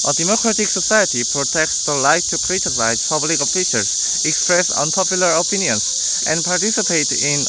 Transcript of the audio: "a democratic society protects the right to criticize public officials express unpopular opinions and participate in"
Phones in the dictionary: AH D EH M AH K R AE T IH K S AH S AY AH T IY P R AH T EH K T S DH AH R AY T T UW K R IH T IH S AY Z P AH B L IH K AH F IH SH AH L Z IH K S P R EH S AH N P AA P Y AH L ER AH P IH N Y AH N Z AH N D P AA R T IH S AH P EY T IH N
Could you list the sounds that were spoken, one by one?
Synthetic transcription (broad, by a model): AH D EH M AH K R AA T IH K S AH S AY AH T IY P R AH T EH K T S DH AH L AY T T UW K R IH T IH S AY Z P AH B L IH K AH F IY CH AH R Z IH K S P R EH S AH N P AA P Y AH L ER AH P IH N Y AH N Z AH N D P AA R T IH S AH P EY T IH N